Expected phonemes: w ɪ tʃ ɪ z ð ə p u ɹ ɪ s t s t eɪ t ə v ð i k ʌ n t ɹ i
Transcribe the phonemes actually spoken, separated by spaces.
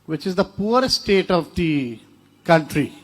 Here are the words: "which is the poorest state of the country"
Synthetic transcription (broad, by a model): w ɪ tʃ ɪ z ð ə p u ɪ t s t eɪ t ə v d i k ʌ n t ɹ i